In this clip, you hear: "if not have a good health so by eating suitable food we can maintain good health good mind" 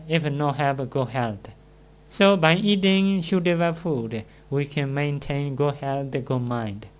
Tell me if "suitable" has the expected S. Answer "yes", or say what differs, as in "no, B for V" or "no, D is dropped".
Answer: no, SH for S